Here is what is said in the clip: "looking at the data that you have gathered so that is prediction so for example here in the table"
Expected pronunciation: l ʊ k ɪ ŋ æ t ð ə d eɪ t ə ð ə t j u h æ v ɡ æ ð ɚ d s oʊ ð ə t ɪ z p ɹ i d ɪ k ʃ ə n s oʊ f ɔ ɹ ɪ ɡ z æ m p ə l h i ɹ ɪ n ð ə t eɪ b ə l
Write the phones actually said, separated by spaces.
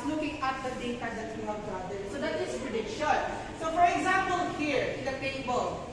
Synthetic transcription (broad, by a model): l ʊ k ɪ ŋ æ t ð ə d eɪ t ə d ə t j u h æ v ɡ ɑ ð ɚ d s oʊ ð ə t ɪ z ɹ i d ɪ ʃ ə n s oʊ f ɔ ɹ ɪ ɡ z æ m p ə l h i ɹ ɪ n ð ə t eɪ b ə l